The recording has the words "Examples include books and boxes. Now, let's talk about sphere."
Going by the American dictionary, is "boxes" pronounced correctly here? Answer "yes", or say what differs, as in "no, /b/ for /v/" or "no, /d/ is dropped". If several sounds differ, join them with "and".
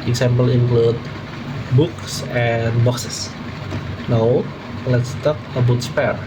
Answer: no, /s/ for /z/